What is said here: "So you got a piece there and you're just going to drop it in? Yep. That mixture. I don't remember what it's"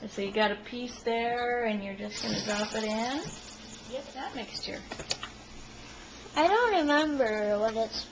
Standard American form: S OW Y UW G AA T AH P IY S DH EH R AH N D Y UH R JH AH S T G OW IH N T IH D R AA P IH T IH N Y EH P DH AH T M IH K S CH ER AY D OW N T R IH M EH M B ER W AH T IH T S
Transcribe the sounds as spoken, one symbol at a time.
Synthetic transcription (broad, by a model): S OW Y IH G AA T AH P IY S DH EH R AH N Y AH R JH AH S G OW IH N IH D R AA P IH T IH N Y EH DH AH T M IH K S CH ER AY D OW N T R IH M EH M B ER W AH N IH T S